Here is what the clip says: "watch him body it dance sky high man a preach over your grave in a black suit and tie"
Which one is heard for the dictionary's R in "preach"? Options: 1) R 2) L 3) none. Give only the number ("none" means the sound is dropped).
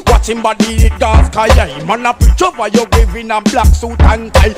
3